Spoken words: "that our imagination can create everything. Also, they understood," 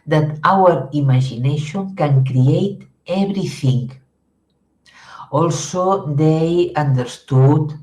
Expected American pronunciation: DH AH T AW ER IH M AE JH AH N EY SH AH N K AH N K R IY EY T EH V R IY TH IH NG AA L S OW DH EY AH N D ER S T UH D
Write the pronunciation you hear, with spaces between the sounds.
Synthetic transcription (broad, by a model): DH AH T AW ER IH M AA ZH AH N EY SH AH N K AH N K R IY EY T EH B R IY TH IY NG AA L S OW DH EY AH N D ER S T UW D